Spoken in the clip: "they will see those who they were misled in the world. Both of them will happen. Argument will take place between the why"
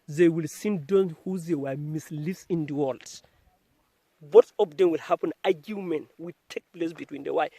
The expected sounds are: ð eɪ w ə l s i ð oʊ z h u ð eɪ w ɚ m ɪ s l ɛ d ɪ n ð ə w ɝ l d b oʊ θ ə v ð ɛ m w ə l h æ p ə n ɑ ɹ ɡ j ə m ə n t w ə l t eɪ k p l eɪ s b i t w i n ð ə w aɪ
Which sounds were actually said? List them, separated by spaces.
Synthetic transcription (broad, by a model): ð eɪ w ə l s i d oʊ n h u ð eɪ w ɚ m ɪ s l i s ɪ n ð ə w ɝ l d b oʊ t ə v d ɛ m w ə l h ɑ p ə n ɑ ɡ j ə m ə n w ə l t eɪ k p l eɪ s b i t w i n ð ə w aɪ